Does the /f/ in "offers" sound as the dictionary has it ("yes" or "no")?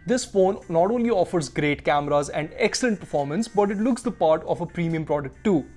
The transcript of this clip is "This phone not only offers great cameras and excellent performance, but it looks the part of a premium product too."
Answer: yes